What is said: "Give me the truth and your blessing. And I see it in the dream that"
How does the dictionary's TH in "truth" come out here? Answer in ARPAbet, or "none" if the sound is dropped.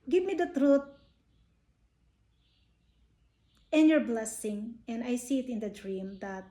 T